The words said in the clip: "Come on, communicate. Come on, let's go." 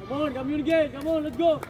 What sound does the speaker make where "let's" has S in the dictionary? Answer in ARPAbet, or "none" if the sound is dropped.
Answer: none